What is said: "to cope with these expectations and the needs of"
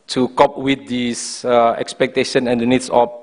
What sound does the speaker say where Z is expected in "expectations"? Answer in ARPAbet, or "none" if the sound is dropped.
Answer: none